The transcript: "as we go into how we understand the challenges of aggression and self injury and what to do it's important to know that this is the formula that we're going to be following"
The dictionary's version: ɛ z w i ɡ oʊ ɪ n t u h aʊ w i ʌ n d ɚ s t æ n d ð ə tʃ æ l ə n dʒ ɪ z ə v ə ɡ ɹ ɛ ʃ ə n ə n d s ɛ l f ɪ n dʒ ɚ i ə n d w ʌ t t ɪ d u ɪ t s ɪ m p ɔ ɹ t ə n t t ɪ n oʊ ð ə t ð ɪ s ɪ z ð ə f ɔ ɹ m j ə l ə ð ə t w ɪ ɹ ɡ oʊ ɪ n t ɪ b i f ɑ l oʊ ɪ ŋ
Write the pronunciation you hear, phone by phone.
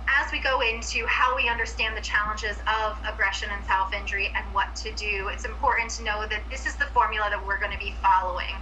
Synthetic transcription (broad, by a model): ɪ z w i ɡ oʊ ɪ n t u h aʊ w i ʌ n d ɚ s t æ n ð ə tʃ æ l ə n dʒ ɪ z ə v ə ɡ ɹ ɛ ʃ ə n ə n s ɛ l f ɪ n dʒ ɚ i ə n w ʌ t t ɪ d u ɪ t s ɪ m p ɔ ɹ t n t t ɪ n oʊ ð ə t ð ɪ s ɪ z ð ə f ɔ ɹ m j l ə ð ə t w ɪ ɹ ɡ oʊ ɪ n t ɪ b i f ɑ l oʊ ɪ ŋ